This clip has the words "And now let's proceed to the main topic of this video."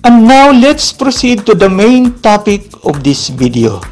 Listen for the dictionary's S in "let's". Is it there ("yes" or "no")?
yes